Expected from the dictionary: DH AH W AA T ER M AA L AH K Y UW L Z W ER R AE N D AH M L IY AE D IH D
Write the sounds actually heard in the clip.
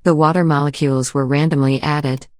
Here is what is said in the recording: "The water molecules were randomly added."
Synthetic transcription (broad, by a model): DH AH W AA T ER M AA L AH K Y UW L Z W ER R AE N D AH M L IY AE D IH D